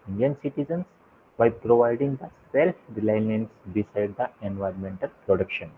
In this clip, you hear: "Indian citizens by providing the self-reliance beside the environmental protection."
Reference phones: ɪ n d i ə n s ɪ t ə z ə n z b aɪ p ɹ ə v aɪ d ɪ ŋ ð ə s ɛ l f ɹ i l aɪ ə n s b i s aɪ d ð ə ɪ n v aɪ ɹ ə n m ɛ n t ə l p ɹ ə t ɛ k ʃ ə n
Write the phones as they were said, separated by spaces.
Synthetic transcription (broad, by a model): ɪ n d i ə n s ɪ t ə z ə n s b aɪ p ɹ ə v aɪ d ɪ ŋ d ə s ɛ l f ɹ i l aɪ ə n s b i s aɪ d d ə ɪ n v aɪ ɹ ə n m ɛ n t ə l p ɹ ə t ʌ k ʃ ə n